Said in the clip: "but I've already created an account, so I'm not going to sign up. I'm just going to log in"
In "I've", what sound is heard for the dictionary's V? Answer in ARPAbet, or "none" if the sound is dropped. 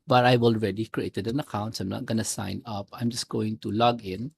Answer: W